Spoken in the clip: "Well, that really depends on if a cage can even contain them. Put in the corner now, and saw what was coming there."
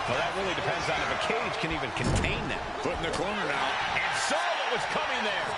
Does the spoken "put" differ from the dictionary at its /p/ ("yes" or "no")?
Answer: yes